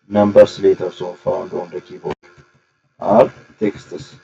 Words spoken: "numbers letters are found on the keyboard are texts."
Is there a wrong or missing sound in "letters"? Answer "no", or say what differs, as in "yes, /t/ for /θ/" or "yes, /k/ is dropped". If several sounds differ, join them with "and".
yes, /s/ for /z/